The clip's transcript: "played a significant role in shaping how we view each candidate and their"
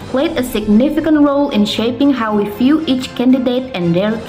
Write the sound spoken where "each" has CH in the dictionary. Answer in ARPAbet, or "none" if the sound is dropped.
CH